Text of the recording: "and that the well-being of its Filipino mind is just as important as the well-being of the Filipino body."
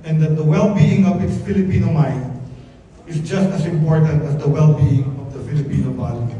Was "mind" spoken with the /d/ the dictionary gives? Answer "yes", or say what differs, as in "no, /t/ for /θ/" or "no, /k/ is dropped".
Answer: no, /d/ is dropped